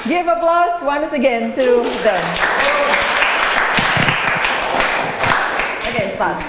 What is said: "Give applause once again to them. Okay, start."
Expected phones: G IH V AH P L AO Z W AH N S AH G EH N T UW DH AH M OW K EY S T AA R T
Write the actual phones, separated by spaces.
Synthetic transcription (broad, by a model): G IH V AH B L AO S W AH N S AH G EH N T UW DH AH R OW K EY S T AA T